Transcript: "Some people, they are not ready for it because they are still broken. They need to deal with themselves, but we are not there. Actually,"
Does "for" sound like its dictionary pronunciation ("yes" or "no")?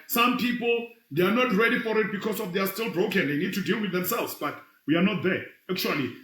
yes